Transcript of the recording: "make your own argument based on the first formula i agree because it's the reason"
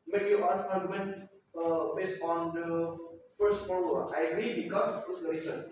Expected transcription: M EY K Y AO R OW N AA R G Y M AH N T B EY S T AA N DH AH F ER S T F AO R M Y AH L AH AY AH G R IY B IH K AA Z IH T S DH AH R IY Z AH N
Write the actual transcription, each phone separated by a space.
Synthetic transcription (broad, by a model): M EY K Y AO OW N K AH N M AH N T B EY S T AA N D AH F ER S T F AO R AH AH AY AH G R IY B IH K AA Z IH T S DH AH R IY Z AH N